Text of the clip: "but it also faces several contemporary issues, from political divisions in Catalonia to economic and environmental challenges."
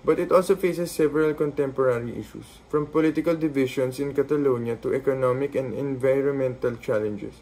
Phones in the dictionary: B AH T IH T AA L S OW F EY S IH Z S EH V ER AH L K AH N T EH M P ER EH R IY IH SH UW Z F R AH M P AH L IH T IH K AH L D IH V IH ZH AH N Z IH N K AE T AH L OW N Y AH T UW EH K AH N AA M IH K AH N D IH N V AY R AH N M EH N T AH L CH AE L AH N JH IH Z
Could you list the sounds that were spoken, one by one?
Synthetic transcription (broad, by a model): B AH T IH T AA L S OW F EY S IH S EH V ER AH L K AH N T EH M P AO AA R IY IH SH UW S F R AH M P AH L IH T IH K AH L D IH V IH SH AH N S IH N K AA T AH L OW N Y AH T UW EH K AH N AA M IH K AH N D IH N V AY R AH N M EH N T AH L CH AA L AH N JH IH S